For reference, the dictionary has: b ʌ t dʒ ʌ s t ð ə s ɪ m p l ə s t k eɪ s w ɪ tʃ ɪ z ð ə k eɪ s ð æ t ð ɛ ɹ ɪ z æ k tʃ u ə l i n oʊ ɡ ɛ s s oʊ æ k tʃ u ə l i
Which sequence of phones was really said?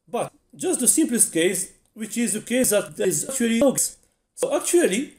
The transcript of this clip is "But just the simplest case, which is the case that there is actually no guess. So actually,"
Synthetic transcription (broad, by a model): b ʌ t dʒ ʌ s t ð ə s ɪ m p l ə s t k eɪ s w ɪ tʃ ɪ z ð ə k eɪ s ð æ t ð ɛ ɪ z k tʃ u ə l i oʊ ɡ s s oʊ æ k tʃ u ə l i